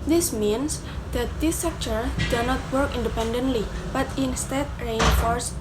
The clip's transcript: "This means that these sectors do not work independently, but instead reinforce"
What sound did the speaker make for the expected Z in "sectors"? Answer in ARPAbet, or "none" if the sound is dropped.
none